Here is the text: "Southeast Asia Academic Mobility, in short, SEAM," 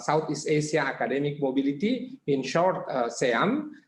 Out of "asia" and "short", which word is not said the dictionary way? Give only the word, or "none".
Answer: asia